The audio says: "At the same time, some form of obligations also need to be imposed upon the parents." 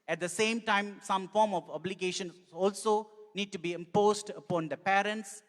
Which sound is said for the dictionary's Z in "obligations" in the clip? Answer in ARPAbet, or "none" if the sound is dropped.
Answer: none